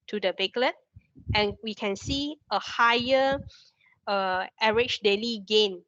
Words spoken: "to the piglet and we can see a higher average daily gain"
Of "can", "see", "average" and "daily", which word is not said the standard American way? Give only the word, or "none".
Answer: average